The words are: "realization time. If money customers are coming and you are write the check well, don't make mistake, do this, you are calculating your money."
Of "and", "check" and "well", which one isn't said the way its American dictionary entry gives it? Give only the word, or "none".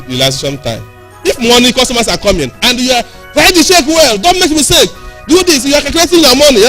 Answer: check